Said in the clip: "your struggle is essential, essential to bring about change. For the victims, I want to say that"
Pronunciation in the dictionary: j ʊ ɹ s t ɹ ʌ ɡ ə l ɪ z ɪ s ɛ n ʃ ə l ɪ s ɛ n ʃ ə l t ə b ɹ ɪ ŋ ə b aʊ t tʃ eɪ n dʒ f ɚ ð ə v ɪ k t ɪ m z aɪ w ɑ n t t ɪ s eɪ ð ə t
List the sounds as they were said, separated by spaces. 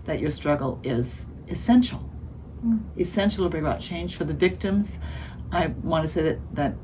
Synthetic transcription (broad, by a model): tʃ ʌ ɹ s t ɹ ʌ ɡ l ɪ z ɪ s ɛ n ʃ l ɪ s ɛ n ʃ l t ə b ɹ ɪ ŋ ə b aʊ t tʃ eɪ n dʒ f ɚ ð ə v ɪ k t ɪ m z aɪ w ɑ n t t ɪ s eɪ ð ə t